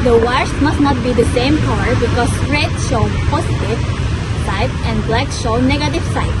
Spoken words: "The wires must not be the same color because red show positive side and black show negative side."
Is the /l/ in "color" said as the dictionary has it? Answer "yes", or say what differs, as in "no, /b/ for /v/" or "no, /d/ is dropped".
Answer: no, /w/ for /l/